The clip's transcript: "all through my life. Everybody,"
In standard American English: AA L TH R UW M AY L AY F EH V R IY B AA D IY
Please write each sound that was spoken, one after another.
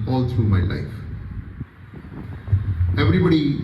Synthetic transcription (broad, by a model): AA L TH R UW M AY L AY F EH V R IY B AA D IY